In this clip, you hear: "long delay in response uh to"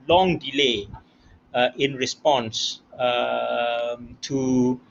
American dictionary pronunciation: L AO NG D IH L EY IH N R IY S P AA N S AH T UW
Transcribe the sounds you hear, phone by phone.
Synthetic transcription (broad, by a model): L AO NG D IH L EY IH N R IY S P AA N S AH T UW